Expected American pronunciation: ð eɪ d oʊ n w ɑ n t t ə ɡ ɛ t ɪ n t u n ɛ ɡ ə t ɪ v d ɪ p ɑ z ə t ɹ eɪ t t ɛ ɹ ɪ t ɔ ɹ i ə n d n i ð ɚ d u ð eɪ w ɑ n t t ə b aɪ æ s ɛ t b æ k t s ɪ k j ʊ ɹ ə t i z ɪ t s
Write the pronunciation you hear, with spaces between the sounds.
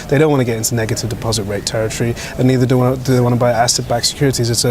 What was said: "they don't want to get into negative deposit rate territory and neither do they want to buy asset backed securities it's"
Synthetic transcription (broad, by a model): ð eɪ d oʊ n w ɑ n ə ɡ ɛ t ɪ n t u n ɛ ɡ ə t ɪ v d ɪ p ɑ z ə t ɹ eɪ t t ɛ ɹ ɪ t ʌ ɹ i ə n n i ð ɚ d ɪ ð eɪ w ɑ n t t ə b aɪ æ s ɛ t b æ k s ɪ k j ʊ ɹ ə t i z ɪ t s